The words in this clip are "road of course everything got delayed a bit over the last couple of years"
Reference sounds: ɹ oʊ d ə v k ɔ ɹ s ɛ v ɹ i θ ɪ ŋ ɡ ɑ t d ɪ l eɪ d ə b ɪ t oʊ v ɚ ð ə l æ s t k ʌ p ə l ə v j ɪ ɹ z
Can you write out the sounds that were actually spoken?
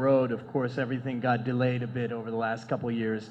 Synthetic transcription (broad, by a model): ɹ oʊ d ə v k ɔ ɹ s ɛ v ɹ i θ ɪ ŋ ɡ ɑ t d ɪ l eɪ d ə b ɪ t oʊ v ɚ ð ə l æ s t k ʌ p l j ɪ ɹ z